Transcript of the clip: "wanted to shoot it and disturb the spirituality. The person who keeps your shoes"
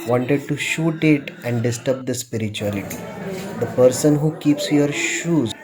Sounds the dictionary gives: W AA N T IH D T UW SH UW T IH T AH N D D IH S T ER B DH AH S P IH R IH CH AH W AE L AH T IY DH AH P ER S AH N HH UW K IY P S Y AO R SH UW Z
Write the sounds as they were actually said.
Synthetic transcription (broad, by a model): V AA N T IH D T UW SH UW T IH T AH N D D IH S T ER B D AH S P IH R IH CH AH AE L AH T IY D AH P ER S AH N HH UW K IY P S Y AO R SH UW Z